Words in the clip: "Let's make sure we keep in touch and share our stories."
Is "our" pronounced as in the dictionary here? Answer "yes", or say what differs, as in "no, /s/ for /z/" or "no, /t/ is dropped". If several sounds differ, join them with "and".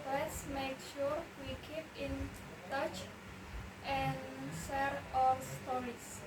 no, /l/ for /ɹ/